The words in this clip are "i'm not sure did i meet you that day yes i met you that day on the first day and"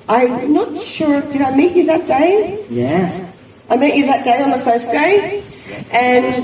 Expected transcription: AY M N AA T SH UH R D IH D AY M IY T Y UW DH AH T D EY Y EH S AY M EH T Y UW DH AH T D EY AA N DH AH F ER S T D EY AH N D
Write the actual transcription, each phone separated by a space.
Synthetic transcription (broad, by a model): AY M N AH T SH UH R D IH D AY M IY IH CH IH DH AH T D EY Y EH AY M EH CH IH DH AH T D EY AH N DH AH F ER S D EY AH N